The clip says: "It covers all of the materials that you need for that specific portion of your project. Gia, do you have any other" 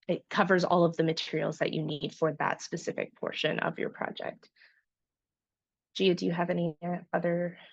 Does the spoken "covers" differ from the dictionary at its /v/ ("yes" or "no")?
no